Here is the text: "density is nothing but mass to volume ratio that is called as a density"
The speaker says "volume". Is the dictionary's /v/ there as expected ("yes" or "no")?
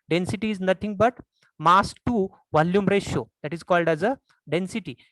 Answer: yes